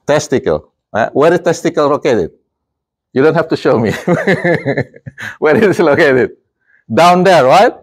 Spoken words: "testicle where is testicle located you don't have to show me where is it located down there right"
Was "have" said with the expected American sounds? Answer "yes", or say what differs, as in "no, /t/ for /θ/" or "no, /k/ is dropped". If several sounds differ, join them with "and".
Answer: no, /f/ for /v/